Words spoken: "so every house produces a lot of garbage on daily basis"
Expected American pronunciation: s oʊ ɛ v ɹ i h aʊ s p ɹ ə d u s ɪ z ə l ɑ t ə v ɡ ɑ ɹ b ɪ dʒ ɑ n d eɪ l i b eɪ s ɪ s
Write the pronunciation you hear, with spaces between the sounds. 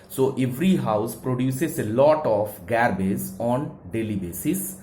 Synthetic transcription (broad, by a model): s oʊ ɛ v ɹ i h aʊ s p ɹ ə d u s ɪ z ə l ɑ t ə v ɡ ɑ ɹ b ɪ z ɑ n d eɪ l i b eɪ s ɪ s